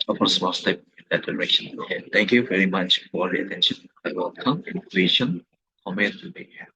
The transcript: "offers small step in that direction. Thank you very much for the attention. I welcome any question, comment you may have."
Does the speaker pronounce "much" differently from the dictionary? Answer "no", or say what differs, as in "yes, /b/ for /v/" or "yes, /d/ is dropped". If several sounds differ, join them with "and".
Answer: no